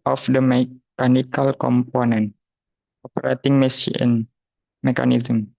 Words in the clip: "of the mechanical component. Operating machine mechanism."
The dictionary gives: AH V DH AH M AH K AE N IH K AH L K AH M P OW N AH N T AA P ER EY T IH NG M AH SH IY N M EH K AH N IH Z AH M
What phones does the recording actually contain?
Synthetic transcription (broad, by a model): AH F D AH M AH K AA N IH K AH L K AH M P OW N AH N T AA P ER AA T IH NG M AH S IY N M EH K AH N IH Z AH M